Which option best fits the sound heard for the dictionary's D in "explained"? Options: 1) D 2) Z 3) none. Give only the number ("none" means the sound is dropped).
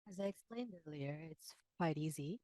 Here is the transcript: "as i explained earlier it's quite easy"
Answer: 1